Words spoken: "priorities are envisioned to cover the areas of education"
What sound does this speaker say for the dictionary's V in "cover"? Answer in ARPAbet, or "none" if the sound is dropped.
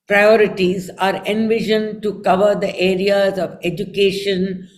V